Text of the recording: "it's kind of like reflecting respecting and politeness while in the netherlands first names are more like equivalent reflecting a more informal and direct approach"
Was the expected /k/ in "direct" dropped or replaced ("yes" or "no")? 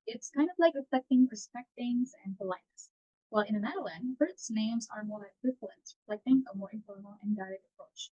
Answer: yes